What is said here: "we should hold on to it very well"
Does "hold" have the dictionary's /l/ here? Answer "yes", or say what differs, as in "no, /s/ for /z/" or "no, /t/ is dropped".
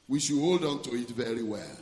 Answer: yes